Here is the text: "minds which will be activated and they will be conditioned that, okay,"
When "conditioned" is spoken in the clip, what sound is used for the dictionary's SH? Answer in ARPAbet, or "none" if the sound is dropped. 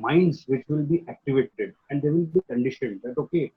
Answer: SH